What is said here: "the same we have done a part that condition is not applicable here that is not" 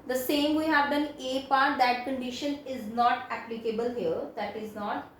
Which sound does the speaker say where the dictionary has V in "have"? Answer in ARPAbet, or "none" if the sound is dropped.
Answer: V